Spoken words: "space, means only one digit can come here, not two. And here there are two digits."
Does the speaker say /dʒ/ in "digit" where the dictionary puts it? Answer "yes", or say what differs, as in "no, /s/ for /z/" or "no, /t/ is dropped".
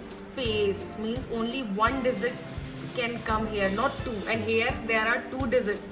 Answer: no, /z/ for /dʒ/